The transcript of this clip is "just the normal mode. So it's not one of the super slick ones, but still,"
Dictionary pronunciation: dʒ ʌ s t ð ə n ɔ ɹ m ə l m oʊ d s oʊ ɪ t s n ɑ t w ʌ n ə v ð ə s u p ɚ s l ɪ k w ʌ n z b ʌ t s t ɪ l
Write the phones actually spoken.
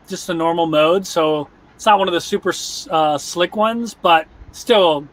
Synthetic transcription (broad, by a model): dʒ ʌ s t ð ə n ɔ ɹ m l m oʊ d s oʊ ɪ t s n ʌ t w ʌ n ə v ð ə s u p ɚ s l ɪ k w ʌ n z b ʌ t s t ɪ l